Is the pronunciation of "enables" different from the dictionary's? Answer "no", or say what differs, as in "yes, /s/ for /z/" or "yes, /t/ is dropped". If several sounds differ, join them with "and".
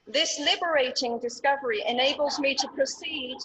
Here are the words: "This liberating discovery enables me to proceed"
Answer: no